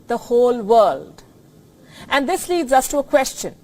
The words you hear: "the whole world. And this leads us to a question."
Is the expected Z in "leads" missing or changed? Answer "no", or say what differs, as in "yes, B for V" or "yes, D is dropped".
no